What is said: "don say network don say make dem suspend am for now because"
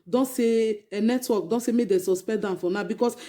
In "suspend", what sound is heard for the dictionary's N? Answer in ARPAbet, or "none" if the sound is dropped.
none